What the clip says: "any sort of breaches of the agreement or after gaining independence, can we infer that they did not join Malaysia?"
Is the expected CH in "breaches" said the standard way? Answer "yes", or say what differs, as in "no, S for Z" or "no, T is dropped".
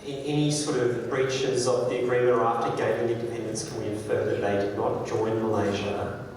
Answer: yes